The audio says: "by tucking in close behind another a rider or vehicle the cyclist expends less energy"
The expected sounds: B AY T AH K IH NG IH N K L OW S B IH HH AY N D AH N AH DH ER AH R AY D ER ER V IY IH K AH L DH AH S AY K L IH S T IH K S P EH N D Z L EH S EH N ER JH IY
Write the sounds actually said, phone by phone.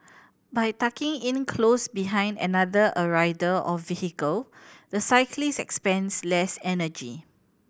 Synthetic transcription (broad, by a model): B AY T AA K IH NG IH N K L OW S B IH HH AY N D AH N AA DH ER AH R AY D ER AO F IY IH K AH L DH AH S AY K L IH S IH K S P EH N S L EH S EH N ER JH IY